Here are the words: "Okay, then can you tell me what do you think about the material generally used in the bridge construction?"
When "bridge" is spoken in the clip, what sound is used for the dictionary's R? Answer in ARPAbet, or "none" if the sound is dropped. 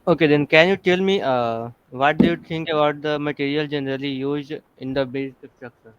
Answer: none